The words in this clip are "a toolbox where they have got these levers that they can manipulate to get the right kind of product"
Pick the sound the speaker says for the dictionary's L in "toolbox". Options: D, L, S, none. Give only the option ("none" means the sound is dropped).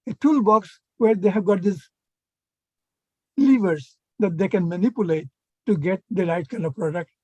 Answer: L